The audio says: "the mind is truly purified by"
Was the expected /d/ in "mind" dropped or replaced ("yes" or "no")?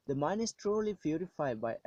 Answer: yes